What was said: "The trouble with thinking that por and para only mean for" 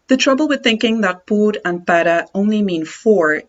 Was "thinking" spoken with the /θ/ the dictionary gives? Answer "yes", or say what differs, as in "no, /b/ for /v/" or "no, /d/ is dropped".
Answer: yes